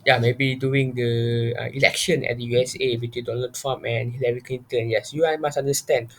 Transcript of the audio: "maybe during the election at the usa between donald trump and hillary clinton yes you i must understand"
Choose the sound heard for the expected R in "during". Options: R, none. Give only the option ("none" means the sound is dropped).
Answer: none